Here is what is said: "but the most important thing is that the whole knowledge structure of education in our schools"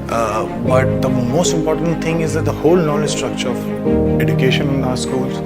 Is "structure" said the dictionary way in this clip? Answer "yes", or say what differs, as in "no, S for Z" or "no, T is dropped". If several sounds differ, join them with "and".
yes